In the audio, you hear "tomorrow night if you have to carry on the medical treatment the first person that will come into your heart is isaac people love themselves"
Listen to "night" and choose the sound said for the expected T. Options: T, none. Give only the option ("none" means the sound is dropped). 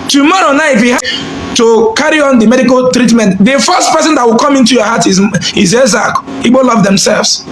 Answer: none